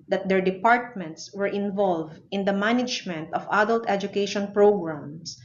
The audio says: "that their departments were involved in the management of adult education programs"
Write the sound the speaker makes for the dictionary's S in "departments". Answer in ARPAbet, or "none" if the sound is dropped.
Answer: S